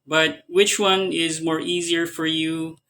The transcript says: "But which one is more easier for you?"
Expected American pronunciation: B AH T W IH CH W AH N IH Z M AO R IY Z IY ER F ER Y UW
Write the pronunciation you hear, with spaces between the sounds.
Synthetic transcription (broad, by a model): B AH T W IH CH W AH N IH Z M AO R IY Z IY ER F ER Y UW